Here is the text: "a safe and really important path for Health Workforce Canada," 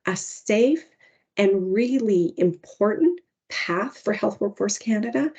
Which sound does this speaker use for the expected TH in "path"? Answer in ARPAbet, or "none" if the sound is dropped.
TH